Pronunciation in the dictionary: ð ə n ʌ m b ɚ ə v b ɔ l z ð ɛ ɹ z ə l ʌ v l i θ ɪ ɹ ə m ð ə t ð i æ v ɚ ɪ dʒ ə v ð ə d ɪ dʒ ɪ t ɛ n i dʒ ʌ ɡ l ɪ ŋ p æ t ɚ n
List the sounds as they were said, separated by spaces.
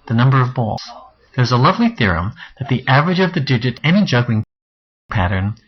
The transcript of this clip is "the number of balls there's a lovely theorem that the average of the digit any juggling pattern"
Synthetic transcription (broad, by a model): ð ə n ʌ m b ɚ ə v b ɔ l z ð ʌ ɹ z ə l ʌ v l i θ ɪ ɹ ə m ð ə t ð i æ v ɚ ɪ dʒ ə v ð ə d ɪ dʒ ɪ t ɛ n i dʒ ʌ ɡ l ɪ ŋ p æ t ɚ n